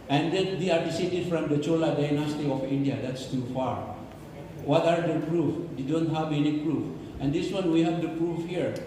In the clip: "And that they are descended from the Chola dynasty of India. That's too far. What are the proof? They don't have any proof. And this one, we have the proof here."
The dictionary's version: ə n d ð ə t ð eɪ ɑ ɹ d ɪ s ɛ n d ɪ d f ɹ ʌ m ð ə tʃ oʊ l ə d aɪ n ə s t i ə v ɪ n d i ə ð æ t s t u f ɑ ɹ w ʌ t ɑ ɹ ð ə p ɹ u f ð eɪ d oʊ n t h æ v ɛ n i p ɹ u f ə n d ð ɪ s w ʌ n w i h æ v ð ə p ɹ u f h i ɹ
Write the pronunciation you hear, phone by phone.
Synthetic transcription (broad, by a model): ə n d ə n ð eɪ ɑ ɹ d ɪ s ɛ d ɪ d f ɹ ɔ m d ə tʃ oʊ l ə d aɪ n ə s t i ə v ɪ n d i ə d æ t s t u f ɑ ɹ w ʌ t ɑ ɹ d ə p ɹ u f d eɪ d oʊ n t h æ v ɛ n i p ɹ u f ə n d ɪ s w ʌ n w i h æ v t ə p ɹ u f h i ɹ